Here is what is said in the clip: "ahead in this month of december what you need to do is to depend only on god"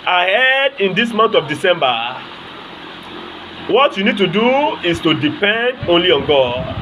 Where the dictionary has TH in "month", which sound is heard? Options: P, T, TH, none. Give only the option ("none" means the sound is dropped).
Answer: T